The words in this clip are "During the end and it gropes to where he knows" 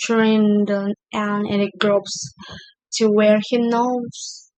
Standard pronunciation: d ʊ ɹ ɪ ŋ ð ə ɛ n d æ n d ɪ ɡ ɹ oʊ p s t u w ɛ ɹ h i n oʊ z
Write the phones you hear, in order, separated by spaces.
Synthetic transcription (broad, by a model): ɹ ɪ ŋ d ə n æ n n ɪ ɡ ɹ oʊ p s t u w ɛ ɹ h i n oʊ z